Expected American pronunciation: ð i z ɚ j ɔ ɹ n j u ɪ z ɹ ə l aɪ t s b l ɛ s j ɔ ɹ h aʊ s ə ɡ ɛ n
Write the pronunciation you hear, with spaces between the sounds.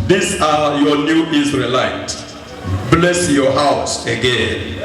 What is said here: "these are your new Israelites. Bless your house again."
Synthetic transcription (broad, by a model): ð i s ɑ j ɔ n j u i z ɹ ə l aɪ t b l ɛ s j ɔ h aʊ s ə ɡ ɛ n